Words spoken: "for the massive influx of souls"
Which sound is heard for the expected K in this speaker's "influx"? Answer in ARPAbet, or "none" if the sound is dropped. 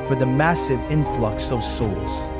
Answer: K